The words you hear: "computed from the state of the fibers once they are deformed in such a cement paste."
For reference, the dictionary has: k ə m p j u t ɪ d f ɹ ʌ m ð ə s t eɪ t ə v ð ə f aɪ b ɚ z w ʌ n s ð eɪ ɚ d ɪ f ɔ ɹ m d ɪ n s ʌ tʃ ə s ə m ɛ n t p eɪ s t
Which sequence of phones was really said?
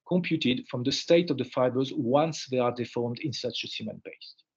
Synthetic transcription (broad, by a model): k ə m p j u t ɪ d f ɹ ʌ m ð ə s t eɪ t ə v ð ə f aɪ b ɚ z w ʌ n s ð eɪ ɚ d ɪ f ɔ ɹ m d ɪ n s ʌ tʃ ə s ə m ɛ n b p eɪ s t